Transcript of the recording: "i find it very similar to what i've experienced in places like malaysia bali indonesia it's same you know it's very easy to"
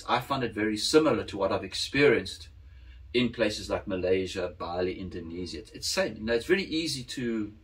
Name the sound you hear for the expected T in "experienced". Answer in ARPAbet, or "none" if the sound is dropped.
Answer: T